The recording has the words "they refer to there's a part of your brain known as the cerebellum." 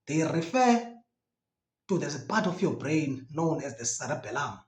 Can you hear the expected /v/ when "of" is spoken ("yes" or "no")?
no